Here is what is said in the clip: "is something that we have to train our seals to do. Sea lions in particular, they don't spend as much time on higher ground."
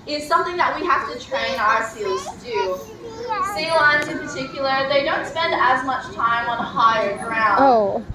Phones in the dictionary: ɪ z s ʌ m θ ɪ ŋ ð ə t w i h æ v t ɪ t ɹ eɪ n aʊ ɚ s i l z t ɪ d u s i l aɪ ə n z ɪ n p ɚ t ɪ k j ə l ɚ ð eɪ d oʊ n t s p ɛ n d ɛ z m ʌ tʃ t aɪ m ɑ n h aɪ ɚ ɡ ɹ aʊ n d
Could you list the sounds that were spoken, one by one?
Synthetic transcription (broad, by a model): ɪ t s ʌ m θ ɪ ŋ ð ə t w i h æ f t ɪ t ɹ eɪ n aʊ ɚ s i l z t ɪ d u s i l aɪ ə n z ɪ n p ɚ t ɪ k j l ɚ ð eɪ d oʊ n t s p ɛ n d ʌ z m ʌ tʃ t aɪ m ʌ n h aɪ ɚ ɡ ɹ aʊ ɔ